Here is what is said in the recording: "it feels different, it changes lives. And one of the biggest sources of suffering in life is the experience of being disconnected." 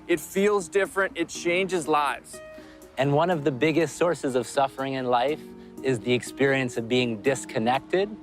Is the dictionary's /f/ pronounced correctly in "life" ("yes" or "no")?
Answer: yes